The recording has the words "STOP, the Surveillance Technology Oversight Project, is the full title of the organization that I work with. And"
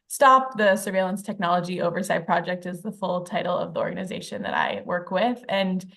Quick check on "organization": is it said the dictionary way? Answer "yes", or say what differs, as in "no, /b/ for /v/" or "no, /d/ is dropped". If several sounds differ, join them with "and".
yes